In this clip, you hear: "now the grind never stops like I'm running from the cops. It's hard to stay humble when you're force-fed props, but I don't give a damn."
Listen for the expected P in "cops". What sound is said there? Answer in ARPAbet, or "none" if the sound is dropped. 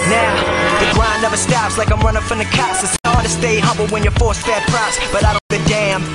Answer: none